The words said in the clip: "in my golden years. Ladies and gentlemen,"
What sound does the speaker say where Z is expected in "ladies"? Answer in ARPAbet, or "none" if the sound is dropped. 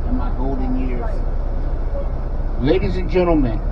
Z